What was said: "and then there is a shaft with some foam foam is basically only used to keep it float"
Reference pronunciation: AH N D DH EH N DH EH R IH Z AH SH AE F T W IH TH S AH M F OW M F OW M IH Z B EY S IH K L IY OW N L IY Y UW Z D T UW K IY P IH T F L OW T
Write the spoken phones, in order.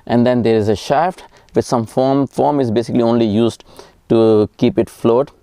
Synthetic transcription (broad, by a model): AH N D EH N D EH R IH Z AH SH AE F T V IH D S AH M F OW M F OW M IH Z B EY S IH K L IY OW N L IY Y UW Z D T UW K IY P IH T F L OW T